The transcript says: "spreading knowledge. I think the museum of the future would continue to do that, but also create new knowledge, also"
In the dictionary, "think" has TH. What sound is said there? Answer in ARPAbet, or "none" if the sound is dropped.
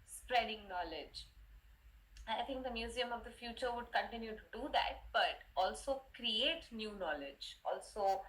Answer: T